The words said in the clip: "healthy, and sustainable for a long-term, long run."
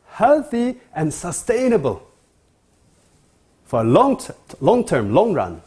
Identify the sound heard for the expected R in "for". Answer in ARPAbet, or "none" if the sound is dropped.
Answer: L